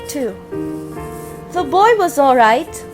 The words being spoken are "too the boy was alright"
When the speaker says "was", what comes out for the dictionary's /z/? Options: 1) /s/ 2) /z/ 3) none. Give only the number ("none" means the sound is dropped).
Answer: 2